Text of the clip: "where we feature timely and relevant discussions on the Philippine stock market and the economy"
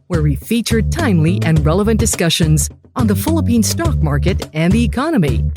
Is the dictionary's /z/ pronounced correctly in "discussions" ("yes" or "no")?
yes